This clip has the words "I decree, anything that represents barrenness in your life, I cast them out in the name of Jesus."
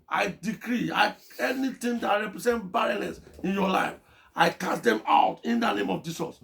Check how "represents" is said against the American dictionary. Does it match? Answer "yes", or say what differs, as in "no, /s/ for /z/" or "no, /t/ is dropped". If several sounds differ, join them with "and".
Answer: no, /s/ is dropped